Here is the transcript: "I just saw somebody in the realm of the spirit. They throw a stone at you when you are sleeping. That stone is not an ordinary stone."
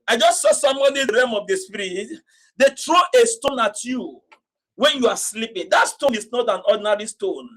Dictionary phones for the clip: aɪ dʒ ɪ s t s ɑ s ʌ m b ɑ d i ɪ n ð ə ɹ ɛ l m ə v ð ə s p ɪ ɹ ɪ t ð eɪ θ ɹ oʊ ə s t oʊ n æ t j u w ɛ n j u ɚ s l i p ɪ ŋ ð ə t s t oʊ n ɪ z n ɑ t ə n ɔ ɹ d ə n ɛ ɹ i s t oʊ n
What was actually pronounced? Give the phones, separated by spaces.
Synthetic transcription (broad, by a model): aɪ dʒ ɪ s t s ɑ s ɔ m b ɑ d i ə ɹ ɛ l m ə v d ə s p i ɹ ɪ t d eɪ t ɹ oʊ ə s t oʊ n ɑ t j u w ɛ n j u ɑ s l i p ɪ ŋ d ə t s t oʊ n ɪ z n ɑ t ə n ɔ d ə n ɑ ɹ i s t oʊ n